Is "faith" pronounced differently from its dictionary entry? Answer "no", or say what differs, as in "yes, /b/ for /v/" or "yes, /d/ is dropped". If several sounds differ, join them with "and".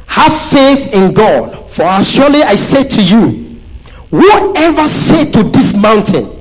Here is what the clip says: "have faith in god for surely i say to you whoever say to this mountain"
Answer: no